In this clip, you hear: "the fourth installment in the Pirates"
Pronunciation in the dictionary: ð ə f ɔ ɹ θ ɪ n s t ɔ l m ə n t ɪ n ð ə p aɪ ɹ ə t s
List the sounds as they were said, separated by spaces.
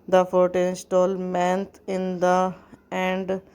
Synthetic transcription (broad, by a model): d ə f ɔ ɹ t ɪ n s t ɔ l m ə n t ɪ n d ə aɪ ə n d